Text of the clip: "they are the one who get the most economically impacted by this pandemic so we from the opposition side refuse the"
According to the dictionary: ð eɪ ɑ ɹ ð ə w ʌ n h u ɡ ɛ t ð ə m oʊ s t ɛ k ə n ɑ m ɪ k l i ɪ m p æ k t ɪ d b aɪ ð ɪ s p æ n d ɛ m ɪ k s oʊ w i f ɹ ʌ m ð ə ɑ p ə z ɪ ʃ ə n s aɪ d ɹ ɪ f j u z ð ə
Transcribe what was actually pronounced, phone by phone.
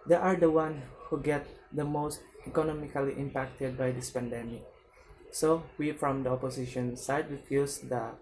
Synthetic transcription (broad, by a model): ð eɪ ɑ ɹ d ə w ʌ n h u ɡ ɛ t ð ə m oʊ s t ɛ k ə n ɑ m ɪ k l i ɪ m p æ k t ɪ d b aɪ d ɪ s p æ n d ɛ m ɪ k s oʊ w i f ɹ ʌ m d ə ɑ p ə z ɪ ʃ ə n s aɪ d w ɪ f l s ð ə